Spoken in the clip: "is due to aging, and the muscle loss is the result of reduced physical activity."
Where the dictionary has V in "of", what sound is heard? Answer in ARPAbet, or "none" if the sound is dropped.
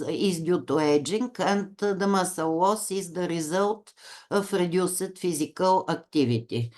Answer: F